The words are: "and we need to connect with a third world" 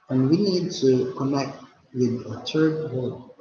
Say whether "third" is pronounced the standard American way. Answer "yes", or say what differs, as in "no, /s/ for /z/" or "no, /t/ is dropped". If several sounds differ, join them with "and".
no, /t/ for /θ/